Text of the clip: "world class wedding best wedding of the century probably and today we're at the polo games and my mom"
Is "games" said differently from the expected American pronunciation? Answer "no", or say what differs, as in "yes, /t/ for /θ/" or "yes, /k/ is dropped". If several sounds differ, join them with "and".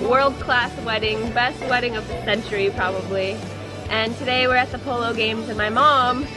no